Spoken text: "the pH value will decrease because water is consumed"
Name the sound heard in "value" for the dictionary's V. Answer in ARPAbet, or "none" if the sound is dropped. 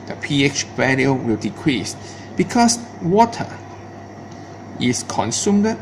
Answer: B